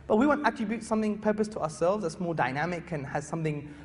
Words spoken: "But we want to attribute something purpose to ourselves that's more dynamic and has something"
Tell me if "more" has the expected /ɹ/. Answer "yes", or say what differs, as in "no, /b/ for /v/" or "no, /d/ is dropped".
no, /l/ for /ɹ/